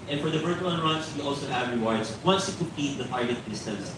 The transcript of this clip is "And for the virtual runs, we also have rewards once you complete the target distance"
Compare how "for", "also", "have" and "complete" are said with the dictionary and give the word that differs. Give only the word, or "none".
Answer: complete